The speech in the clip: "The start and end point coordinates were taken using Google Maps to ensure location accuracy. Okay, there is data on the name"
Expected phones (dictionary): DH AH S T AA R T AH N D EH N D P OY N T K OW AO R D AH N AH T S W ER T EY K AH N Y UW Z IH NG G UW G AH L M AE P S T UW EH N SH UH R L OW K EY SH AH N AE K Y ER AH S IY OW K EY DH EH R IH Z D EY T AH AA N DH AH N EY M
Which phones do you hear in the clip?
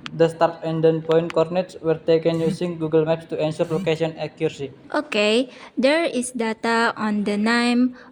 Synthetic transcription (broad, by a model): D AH S T AA R T AH N D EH N P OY N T K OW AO R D N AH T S W ER T EY K AH N Y UW S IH NG G UW G AH L M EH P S T UW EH N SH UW R L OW K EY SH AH N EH K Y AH S IY OW K EY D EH R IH S D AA T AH AA N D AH N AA M